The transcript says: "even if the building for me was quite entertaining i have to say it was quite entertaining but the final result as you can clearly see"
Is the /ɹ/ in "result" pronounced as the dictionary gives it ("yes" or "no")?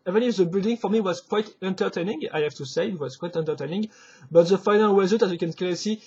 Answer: no